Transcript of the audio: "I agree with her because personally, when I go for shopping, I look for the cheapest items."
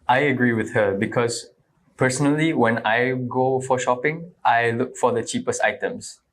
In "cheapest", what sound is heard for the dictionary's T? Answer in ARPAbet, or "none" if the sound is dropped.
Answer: T